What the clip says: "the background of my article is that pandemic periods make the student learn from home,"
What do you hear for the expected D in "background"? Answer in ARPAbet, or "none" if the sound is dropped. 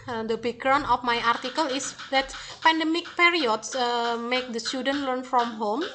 none